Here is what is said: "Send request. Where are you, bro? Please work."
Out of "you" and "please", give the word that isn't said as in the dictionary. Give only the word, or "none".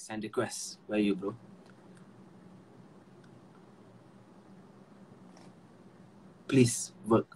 please